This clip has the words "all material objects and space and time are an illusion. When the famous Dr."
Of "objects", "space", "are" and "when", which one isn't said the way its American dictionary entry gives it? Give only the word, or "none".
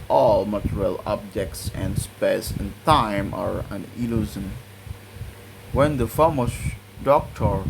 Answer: none